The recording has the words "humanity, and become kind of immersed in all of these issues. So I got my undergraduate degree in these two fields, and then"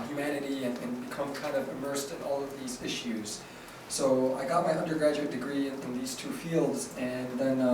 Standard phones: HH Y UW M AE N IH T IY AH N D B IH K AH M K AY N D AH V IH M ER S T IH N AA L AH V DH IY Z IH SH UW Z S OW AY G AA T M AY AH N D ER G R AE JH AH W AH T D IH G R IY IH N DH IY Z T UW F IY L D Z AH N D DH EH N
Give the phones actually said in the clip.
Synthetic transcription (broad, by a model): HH Y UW M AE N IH T IY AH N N B IH K AH M K AY N D AH V IH M ER S T IH N AA L AH V DH IY Z IH SH UW Z S OW AY G AA T M AY AH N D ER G R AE JH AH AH T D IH G R IY IH N DH IY Z T UW F IY L D Z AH N DH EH N